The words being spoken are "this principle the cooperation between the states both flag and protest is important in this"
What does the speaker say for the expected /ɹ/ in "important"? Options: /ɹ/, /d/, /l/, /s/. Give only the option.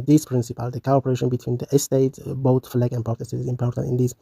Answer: /ɹ/